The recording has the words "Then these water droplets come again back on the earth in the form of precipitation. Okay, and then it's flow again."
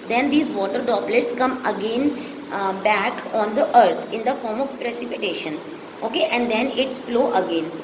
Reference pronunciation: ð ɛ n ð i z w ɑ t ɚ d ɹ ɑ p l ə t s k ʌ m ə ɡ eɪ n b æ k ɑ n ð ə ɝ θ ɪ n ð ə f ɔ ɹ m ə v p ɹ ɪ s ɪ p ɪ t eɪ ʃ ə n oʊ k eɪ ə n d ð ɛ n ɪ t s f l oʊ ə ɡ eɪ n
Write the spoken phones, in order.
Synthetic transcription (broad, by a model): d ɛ n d i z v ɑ t ɚ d ɑ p l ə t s k ʌ m ə ɡ eɪ n b æ k ɑ n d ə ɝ t ɪ n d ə f ɔ ɹ m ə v p ɹ ɪ s ɪ p ɪ t eɪ ʃ ə n oʊ k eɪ ə n d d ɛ n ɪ t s f l oʊ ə ɡ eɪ n